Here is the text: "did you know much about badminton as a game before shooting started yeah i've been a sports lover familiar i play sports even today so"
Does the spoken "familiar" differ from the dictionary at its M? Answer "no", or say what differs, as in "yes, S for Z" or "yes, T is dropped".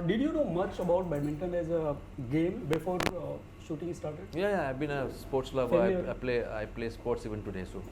yes, M is dropped